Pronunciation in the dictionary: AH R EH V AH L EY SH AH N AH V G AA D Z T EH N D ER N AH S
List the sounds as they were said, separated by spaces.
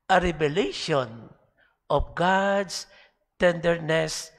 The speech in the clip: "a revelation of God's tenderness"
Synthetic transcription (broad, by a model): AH R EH B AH L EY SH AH N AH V G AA D S T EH N D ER N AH S